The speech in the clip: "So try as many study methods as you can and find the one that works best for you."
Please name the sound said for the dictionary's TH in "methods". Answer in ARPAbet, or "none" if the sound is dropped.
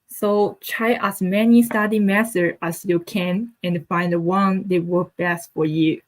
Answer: S